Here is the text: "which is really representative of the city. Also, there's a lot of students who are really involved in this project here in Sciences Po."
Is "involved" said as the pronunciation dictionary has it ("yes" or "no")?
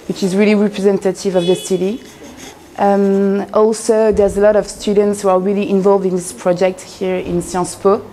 yes